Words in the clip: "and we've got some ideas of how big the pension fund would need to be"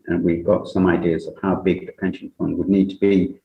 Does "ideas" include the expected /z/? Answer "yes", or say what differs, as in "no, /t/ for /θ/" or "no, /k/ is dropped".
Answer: yes